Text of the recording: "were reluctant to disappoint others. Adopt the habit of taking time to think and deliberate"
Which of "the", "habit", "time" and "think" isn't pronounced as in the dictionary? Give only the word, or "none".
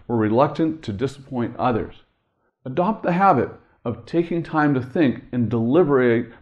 none